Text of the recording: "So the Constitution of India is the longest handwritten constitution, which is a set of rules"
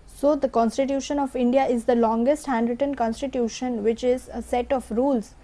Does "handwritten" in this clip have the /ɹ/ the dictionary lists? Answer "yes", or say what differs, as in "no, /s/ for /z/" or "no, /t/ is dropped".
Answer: yes